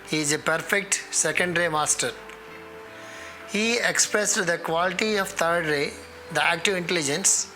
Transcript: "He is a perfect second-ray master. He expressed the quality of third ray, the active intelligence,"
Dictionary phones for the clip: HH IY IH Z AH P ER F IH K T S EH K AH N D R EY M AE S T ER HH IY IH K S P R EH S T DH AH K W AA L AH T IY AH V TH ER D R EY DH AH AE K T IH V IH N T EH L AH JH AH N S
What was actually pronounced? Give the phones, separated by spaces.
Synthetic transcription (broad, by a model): HH IY IH Z AH P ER F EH K T S EH K AH N D R EY M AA S T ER HH IY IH K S P R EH S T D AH K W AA L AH T IY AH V T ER D R EY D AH AE K T IH V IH N T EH L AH JH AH N S